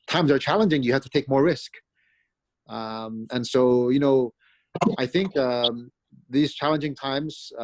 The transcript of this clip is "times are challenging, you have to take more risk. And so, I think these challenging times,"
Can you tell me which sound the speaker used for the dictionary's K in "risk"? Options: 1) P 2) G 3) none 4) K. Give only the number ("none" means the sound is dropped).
4